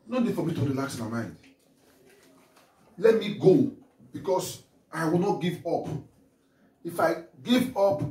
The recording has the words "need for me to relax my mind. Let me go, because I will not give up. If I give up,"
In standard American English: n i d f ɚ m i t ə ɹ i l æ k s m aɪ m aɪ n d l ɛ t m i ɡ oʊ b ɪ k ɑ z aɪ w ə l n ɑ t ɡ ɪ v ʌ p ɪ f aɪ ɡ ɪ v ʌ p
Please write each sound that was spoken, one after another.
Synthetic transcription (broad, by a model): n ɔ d f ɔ m i t ə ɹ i l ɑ k s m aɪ m aɪ n d l ɛ t m i ɡ oʊ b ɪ k ɑ s aɪ w ə l n ɑ t ɡ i v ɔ p ɪ f aɪ ɡ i v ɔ p